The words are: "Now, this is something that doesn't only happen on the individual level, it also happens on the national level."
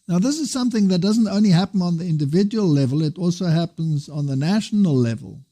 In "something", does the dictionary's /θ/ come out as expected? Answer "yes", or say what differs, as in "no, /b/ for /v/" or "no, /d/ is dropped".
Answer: yes